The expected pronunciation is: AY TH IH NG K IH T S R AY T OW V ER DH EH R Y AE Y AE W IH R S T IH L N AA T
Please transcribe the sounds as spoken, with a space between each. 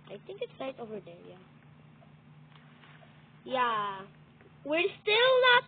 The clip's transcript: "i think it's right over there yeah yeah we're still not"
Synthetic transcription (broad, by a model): AY TH IH NG K IH T S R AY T OW V ER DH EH R Y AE Y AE W IH R S T IH L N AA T